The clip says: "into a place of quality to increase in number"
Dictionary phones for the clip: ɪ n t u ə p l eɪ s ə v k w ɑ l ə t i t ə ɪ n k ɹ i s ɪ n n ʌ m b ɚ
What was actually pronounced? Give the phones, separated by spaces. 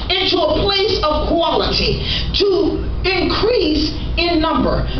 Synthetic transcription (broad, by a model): ɪ n t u ə p l eɪ s ə v k w ɑ l ə t i t ə ɪ n k ɹ i s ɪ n n ʌ m b ɚ